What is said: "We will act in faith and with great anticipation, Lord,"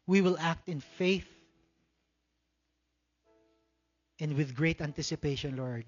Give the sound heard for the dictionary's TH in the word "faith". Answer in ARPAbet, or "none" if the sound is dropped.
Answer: TH